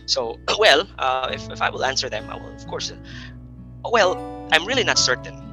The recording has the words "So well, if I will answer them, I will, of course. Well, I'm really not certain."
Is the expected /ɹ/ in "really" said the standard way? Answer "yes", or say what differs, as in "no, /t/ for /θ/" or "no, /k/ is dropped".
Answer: yes